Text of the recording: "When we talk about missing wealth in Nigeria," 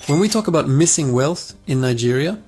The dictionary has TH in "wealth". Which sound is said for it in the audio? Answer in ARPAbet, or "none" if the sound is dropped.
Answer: TH